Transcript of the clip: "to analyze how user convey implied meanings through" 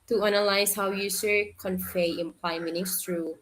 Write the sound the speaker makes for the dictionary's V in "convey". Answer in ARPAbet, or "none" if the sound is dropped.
F